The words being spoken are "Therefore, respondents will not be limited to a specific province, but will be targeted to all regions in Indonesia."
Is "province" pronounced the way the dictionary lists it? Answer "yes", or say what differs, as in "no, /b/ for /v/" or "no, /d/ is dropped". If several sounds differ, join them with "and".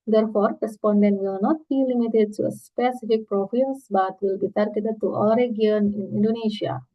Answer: no, /n/ is dropped